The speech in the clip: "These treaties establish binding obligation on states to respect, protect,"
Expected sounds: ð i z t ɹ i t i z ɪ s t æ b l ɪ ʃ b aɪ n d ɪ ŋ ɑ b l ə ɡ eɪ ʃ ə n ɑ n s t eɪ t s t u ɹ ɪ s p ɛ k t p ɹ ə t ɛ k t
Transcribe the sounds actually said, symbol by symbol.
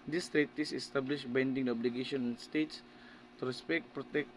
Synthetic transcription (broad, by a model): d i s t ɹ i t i s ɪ s t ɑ b l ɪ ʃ b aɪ n d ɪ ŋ ɑ b l ə ɡ eɪ ʃ ə n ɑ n s t eɪ t s t u ɹ ɪ s p ɛ k t p ɹ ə t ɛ k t